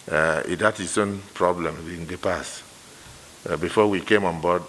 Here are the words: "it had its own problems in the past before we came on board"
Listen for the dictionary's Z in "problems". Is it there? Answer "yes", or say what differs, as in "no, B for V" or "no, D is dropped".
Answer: no, Z is dropped